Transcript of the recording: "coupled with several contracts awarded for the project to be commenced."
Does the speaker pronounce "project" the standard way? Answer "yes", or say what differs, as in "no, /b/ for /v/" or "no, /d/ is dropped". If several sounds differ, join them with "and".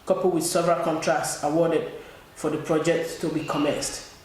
yes